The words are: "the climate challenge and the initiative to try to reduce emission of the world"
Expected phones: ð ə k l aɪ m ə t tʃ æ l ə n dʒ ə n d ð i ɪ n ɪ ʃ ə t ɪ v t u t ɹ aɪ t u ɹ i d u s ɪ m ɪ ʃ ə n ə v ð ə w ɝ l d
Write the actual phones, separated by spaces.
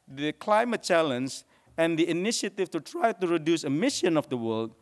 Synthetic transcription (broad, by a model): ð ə k l aɪ m ə t tʃ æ l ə n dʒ ə n d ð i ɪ n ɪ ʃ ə t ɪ f t u t ɹ aɪ t u ɹ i d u s ɪ m ɪ ʃ ə n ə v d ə w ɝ l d